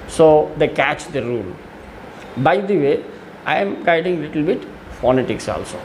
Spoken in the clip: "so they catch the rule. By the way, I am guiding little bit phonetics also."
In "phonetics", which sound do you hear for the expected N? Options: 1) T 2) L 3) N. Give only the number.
3